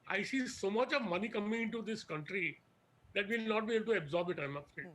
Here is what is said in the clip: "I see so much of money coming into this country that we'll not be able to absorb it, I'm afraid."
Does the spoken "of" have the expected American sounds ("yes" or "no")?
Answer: yes